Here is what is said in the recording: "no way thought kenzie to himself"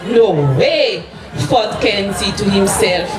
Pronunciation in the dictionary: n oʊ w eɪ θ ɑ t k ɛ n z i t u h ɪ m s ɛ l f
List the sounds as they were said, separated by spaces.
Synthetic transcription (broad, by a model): n oʊ w eɪ f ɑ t k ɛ n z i t u h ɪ m s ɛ l f